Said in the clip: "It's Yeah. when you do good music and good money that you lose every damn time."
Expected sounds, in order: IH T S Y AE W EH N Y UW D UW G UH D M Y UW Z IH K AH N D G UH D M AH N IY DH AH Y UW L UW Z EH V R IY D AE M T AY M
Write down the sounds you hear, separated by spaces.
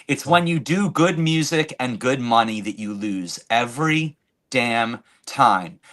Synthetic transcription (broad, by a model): IH T S W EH N Y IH D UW G UH D M Y UW Z IH K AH N G UH D M AH N IY DH AH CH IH L UW Z EH V R IY D AE M T AY M